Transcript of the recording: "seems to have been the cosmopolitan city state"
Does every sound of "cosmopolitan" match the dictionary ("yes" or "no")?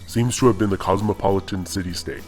yes